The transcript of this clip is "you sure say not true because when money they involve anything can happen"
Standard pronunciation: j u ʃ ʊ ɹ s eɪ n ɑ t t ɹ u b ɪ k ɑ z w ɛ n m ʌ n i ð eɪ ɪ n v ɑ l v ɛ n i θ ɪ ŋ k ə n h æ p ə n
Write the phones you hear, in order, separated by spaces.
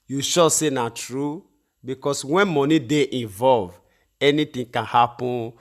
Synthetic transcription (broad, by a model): j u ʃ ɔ s eɪ n ɑ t t ɹ u b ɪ k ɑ s w ɛ n m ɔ n i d eɪ ɪ n v ɑ l v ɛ n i t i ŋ k ə n h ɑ p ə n